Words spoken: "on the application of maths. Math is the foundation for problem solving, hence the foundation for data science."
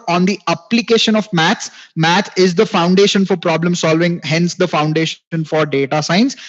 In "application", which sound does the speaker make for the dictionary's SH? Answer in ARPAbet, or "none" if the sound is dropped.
SH